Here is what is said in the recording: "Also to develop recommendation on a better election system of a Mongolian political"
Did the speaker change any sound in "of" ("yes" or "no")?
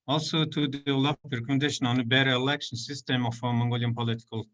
yes